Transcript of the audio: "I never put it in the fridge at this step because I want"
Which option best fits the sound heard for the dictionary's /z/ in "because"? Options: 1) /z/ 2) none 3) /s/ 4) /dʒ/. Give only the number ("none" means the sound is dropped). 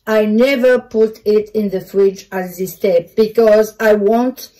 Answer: 1